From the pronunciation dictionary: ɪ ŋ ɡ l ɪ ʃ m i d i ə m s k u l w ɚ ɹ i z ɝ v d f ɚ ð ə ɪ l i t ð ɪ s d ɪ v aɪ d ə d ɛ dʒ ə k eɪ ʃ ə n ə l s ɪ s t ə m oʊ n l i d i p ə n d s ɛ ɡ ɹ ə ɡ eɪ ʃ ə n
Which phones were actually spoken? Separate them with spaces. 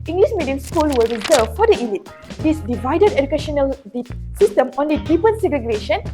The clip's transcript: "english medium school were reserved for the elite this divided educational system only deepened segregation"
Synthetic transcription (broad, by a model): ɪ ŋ ɡ l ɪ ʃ m i d i ə m s k u l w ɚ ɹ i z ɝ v f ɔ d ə ɪ l i t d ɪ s d ɪ v aɪ d ə d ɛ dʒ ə k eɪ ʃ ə n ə l s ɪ s t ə m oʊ n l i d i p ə n s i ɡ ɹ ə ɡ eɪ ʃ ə n